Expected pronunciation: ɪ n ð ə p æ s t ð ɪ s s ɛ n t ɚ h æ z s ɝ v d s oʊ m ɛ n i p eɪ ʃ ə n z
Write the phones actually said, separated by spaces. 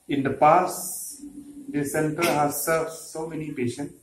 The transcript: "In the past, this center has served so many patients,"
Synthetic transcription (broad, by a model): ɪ n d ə p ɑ s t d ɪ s s ɛ n t ɚ h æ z s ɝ d s oʊ m ɛ n i p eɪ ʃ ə n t